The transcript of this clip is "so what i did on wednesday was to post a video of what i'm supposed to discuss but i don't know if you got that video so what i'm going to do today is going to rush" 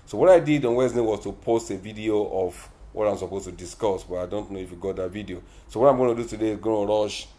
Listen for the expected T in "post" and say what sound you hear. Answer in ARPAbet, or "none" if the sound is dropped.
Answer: T